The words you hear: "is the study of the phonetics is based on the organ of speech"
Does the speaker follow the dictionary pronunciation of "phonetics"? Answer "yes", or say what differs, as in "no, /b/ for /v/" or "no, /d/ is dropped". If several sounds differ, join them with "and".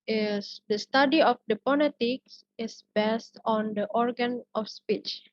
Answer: no, /p/ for /f/ and /l/ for /n/